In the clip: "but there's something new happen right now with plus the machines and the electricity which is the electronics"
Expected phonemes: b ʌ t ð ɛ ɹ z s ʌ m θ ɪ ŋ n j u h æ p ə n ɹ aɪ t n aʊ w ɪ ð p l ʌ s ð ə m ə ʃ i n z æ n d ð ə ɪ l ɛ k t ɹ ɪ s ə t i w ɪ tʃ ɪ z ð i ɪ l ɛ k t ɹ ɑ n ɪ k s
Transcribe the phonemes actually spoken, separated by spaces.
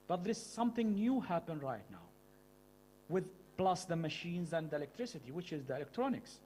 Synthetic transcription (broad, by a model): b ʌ t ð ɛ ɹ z s ʌ m θ ɪ ŋ n j u h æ p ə n ɹ aɪ t n aʊ w ɪ ð p l ʌ s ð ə m ə ʃ i n z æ n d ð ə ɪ l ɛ k t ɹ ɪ s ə t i w ɪ tʃ ɪ z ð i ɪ l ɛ k t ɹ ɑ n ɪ k s